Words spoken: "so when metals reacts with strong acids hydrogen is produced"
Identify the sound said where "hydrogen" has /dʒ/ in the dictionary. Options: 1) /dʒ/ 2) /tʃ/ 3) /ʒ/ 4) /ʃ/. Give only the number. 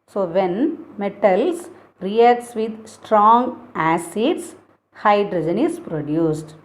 1